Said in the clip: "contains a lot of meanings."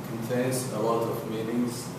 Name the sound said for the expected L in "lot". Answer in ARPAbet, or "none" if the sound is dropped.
W